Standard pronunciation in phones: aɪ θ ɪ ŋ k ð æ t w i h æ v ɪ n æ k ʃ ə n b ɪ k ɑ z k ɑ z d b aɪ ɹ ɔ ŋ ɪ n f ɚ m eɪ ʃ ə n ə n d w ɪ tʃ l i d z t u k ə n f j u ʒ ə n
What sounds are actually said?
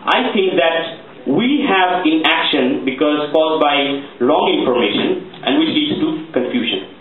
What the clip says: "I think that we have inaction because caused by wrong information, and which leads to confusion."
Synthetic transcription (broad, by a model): aɪ t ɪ ŋ k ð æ t w i h æ v ɪ n æ k ʃ ə n b ɪ k ɑ z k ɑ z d b aɪ l ɔ ŋ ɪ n f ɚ m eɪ ʃ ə n ə n d w ɪ tʃ l i d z t u k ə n f j u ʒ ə n